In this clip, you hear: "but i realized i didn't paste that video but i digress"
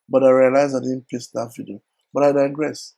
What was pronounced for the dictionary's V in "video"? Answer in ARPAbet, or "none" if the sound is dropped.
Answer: F